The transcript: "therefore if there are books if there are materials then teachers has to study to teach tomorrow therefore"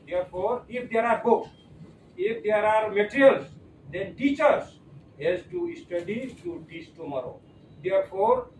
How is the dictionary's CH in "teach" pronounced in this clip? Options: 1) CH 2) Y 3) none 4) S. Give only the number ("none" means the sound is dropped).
4